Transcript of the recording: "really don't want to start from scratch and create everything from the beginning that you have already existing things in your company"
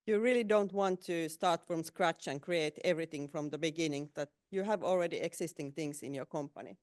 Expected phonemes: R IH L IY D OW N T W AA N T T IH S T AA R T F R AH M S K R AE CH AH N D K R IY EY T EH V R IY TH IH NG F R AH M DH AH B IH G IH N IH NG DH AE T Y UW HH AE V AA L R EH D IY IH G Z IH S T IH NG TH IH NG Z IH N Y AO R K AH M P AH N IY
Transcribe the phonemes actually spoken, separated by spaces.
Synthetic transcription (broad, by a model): R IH L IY D OW N T W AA N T T IH S T AA R T F R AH M S K R AE CH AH N K R IY EY T EH V R IY TH IH NG F R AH M DH AH B IH G IH N IH NG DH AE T Y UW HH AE V AA L R EH D IY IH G S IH S T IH NG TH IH NG S IH N Y AO R K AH M P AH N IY